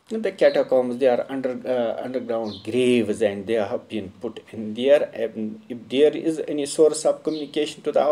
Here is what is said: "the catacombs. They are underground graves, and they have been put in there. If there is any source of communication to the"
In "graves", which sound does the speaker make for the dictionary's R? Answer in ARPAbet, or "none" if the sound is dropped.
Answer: R